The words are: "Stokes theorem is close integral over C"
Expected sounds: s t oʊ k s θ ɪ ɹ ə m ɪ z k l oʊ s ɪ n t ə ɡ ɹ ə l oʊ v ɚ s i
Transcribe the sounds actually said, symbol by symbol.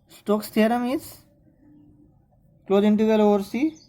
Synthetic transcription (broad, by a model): s t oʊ k s t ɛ ɹ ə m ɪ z k l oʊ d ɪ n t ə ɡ ə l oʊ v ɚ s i